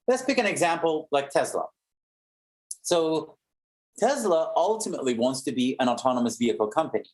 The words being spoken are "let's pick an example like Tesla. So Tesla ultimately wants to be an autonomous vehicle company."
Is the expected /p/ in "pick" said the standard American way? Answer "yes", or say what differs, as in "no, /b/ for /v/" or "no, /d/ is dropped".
no, /b/ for /p/